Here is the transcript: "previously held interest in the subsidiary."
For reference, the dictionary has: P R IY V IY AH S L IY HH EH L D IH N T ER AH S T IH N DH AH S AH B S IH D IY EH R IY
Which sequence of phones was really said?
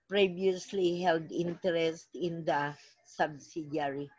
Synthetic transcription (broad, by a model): P R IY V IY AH S L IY HH EH L D IH N T ER AH S T IH N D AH S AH B S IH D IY R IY